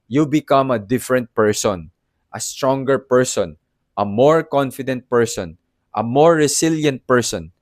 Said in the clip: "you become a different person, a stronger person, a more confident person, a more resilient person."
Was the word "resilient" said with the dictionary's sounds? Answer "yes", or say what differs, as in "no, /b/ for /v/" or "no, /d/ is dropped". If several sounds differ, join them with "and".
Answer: no, /s/ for /z/